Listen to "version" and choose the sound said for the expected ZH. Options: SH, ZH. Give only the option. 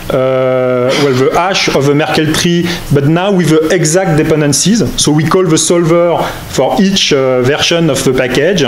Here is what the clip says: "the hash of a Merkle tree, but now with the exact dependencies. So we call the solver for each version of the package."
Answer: SH